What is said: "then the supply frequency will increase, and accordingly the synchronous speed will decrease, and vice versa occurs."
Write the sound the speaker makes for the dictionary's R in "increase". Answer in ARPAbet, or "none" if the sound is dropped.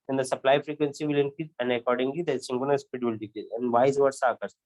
none